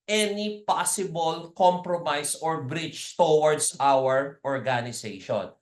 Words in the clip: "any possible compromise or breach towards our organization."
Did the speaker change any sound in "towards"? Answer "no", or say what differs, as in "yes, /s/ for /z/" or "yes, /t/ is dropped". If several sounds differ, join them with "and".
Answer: yes, /s/ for /z/